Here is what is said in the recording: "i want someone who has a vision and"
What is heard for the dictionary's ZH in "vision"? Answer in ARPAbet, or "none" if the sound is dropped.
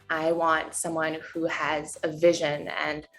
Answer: ZH